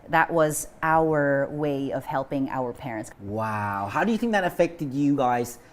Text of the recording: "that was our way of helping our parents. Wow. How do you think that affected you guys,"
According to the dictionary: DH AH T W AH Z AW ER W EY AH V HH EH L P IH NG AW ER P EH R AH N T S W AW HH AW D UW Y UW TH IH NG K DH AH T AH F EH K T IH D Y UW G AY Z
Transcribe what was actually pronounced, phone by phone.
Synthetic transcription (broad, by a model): DH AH T W AH Z AW ER W EY AH V HH EH L P IH NG AW ER P EH R AH N T S W AW HH AW D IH Y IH TH IH NG K DH AH T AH F EH K T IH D Y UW G AY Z